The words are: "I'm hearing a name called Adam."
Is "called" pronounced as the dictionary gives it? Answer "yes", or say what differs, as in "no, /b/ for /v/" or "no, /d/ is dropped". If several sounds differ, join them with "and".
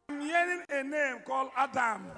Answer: no, /d/ is dropped